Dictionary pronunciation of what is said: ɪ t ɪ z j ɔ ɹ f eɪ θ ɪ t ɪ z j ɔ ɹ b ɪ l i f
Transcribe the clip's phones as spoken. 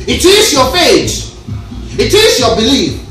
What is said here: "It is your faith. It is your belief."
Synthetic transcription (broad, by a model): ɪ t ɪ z j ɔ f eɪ t ɪ t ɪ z j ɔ b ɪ l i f